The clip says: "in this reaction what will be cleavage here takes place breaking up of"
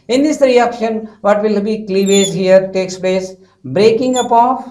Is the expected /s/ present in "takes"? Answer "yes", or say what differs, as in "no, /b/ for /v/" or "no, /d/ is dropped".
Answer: yes